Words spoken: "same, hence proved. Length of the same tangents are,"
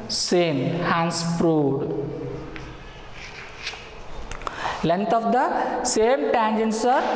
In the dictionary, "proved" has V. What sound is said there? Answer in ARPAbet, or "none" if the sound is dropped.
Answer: none